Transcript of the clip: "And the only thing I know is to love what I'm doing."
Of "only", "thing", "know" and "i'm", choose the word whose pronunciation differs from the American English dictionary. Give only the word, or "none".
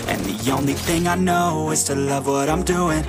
none